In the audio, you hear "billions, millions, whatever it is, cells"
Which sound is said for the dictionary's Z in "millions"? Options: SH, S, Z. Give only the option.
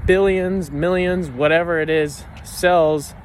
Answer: Z